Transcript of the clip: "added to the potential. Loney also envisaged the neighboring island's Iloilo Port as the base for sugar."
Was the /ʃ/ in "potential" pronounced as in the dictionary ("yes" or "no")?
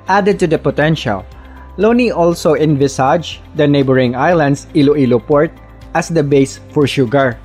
yes